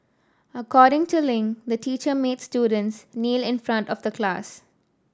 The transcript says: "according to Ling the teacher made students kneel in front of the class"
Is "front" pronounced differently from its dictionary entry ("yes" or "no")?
no